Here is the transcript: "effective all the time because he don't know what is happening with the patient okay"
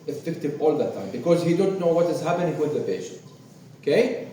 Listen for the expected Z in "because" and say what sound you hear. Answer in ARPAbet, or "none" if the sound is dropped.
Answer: Z